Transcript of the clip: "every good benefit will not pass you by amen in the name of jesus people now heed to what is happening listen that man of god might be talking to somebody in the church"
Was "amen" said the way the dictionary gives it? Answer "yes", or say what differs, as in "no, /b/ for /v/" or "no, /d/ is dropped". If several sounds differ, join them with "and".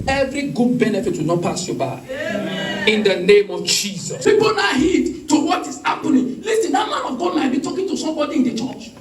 no, /m/ is dropped and /n/ is dropped